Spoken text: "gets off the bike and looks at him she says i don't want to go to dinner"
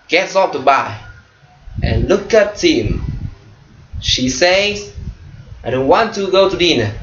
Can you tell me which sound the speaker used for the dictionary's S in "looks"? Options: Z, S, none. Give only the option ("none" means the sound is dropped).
none